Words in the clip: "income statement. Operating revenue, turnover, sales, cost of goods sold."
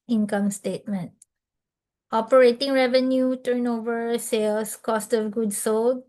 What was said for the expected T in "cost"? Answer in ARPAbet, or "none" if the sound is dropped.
T